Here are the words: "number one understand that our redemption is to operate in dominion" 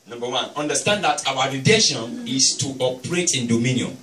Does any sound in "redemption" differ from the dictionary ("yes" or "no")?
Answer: yes